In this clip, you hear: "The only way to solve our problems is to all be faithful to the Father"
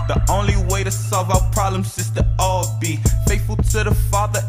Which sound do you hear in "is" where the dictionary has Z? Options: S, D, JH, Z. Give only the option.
S